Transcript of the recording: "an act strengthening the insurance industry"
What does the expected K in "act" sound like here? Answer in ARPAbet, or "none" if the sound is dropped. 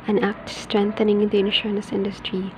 K